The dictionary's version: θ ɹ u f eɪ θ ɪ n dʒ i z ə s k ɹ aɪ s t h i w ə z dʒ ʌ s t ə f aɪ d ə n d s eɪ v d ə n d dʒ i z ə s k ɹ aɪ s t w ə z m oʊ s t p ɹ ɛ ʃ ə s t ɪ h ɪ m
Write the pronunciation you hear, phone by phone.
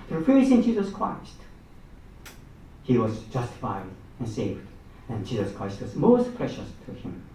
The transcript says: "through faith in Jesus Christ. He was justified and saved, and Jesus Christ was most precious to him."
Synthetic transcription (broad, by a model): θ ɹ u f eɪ s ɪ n dʒ i z ə s k ɹ aɪ s t h i w ə z dʒ ʌ s t ə f aɪ d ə n s eɪ v d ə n dʒ i z ə s k ɹ aɪ s t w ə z m oʊ s t p ɹ ɛ ʃ ə s t ɪ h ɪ m